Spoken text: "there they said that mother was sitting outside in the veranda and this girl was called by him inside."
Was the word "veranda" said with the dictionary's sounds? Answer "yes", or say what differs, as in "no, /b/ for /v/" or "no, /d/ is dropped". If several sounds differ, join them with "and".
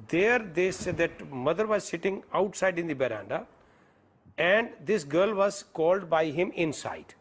no, /b/ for /v/